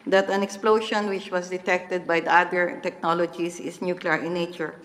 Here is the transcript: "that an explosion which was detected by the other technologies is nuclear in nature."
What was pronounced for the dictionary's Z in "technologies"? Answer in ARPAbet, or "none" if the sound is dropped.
S